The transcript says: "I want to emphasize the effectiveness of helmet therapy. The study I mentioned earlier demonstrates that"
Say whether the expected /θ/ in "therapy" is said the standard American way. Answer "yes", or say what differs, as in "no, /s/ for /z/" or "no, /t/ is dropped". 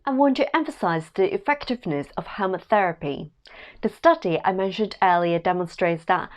yes